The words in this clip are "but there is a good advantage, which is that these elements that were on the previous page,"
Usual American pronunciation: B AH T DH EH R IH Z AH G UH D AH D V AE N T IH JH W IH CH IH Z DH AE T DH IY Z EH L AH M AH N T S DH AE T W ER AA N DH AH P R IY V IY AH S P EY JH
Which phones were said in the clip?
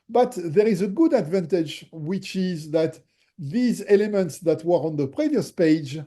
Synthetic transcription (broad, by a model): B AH T DH EH R IH Z AH G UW D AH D V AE N T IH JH W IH CH IH Z DH AE T DH IY Z EH L AH M AH N T S DH AE T W ER AA N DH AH P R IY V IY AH S P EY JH